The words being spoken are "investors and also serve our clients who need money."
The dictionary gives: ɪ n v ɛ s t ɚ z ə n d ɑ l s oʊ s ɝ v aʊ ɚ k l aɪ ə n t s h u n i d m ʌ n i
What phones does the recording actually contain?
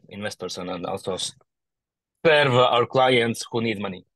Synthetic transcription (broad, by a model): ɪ n v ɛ s t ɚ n ə n d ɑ l s oʊ s ɝ v aʊ ɚ k l aɪ ə n t s h u n i d m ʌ n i